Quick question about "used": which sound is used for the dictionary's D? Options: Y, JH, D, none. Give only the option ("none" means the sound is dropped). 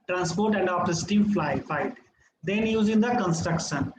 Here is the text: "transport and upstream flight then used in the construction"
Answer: none